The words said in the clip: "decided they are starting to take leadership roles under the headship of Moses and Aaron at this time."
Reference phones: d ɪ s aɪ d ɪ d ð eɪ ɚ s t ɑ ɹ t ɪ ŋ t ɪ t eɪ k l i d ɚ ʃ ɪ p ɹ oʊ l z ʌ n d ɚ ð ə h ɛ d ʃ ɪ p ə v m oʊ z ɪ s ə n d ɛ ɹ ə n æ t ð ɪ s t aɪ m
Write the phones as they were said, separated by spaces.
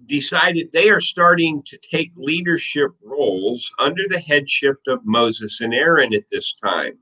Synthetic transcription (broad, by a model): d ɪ s aɪ d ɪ d ð eɪ ɚ s t ɑ ɹ t ɪ ŋ t ɪ t eɪ k l i d ɚ ʃ ɪ p ɹ oʊ l z ʌ n d ɚ ð ə h ɛ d ʃ ɪ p ə v m oʊ z ɪ s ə n ɛ ɹ ə n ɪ t ð ɪ s t aɪ m